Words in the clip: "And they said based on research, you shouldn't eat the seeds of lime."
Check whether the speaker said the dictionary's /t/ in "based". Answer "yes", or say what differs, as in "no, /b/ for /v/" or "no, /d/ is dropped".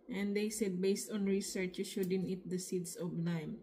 yes